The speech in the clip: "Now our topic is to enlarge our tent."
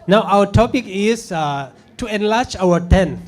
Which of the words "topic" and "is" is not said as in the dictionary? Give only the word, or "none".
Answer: is